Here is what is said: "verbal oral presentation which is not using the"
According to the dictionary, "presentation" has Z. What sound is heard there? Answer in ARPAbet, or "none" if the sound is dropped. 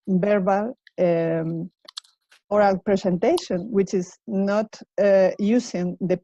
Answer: S